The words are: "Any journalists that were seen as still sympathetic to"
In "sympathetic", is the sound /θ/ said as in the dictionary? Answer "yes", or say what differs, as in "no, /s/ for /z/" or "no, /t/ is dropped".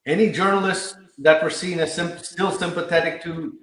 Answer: yes